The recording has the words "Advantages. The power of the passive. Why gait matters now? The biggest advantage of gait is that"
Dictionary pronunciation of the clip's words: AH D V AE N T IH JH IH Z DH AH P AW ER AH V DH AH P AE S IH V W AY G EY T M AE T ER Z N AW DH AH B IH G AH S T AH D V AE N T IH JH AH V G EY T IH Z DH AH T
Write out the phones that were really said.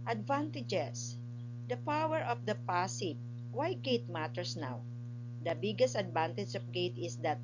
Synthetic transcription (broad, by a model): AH D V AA N T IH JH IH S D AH P AW ER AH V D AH P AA S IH P W AY G EY T M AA T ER S N AW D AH B IH G AH S T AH D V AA N T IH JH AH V G EY T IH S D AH T